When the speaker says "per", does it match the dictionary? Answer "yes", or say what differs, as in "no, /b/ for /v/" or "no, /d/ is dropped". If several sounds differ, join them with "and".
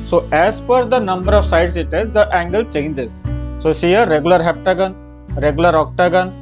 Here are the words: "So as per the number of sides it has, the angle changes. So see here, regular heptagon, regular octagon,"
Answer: no, /f/ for /p/